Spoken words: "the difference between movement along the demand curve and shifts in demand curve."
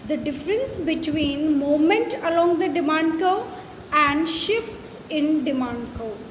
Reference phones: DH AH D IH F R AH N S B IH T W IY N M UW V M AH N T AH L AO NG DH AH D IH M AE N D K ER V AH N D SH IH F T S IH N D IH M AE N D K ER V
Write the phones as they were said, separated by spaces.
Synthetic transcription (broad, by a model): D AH D IH F R AH N S B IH T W IY N M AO M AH N T AH L AO NG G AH D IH M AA N D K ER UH AH N D SH IH F T S IH N D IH M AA N D K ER